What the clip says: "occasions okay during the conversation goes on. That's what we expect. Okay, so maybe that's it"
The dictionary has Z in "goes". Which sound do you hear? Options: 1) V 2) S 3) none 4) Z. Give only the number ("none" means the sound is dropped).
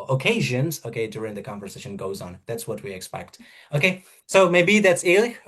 4